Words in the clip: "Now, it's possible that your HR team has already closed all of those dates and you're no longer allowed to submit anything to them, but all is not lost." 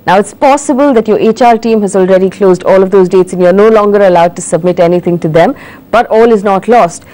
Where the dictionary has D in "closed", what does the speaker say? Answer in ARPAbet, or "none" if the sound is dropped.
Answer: D